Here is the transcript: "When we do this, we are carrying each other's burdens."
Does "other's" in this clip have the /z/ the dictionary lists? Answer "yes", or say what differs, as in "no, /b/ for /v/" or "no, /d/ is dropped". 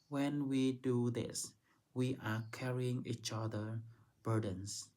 no, /z/ is dropped